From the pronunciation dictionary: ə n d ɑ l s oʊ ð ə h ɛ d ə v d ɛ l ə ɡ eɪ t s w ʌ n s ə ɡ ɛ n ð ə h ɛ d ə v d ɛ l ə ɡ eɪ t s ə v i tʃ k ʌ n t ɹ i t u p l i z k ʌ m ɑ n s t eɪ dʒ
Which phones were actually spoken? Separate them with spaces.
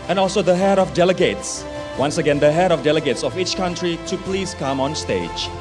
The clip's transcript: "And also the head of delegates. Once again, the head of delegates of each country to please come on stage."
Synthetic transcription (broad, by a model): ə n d ɑ l s oʊ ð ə h ɛ d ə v d ɛ l ə ɡ eɪ t s w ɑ n s ə ɡ ɛ n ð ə h ɛ d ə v d ɛ l ə ɡ eɪ t s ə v i tʃ k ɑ n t ɹ i t u p l i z k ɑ m ɑ n s t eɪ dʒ